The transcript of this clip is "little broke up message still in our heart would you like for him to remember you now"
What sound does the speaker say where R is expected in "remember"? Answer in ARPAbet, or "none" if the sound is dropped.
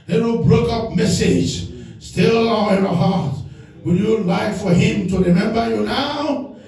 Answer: R